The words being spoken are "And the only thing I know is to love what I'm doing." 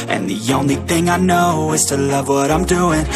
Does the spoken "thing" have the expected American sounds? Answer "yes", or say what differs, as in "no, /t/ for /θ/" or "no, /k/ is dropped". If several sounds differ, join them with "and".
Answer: yes